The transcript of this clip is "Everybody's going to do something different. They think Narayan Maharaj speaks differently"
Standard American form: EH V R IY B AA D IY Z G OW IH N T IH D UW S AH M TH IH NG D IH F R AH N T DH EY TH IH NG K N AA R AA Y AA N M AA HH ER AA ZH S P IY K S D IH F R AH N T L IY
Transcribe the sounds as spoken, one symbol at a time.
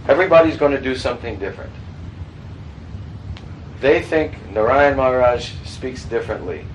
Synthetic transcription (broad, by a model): EH V R IY B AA D IY Z G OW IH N T IH D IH S AH M TH IH NG D IH F R AH N T DH EY TH IH NG K N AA R AA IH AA N M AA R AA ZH S P IY K S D IH F R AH N T L IY